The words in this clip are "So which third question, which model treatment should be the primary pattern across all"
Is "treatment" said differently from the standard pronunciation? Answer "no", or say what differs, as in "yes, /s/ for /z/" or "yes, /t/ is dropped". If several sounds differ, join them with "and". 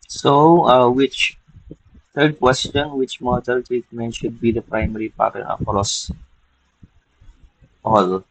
yes, /ɹ/ is dropped